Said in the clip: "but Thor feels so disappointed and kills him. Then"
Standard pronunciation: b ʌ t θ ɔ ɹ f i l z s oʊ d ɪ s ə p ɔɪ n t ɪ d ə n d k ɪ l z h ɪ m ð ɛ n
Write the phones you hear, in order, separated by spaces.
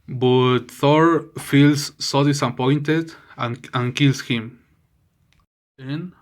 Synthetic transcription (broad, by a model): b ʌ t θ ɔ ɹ f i l s oʊ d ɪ s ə p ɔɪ n t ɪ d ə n k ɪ l s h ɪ m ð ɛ n